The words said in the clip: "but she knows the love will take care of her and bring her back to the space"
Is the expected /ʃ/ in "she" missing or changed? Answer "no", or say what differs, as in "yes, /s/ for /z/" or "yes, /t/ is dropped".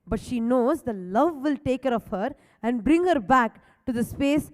no